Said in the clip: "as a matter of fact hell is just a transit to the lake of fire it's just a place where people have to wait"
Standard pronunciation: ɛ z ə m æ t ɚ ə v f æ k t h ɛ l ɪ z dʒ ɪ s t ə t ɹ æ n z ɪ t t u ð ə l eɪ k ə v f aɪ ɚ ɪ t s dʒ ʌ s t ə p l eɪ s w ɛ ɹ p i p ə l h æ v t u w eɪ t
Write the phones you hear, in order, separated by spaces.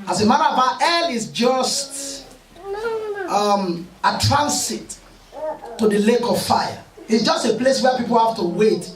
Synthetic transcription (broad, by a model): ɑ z ə m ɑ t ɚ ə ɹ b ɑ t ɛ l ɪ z dʒ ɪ s t ə t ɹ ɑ n s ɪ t t u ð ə l eɪ k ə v f aɪ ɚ ɪ t s dʒ ʌ s t ə p l eɪ s w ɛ p i p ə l h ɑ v t u w eɪ t